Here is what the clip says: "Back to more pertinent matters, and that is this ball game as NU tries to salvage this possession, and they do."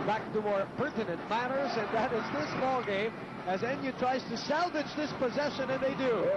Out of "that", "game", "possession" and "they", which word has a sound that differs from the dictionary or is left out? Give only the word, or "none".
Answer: none